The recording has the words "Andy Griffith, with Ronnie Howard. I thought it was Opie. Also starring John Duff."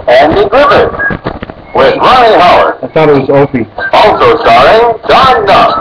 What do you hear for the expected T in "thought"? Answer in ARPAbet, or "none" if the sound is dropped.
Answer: T